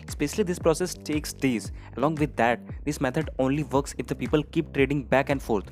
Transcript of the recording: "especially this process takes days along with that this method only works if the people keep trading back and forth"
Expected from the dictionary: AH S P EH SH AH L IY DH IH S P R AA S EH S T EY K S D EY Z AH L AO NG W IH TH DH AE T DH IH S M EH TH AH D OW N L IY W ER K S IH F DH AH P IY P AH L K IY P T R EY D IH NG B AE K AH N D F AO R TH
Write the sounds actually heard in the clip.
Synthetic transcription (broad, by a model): S P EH SH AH L IY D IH S P R AA S EH S T EY K S D EY Z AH L AO NG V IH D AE T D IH S M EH T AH D OW N L IY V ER K S IH F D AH P IY P AH L K IY P T R EY D IH NG B AE K AH N D F AO R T